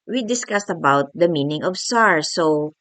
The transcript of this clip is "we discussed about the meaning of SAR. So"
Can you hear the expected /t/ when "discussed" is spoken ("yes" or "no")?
yes